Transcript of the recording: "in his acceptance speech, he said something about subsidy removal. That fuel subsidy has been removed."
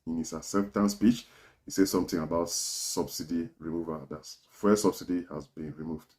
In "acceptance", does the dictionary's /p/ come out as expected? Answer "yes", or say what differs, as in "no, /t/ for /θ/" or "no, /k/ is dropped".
no, /f/ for /p/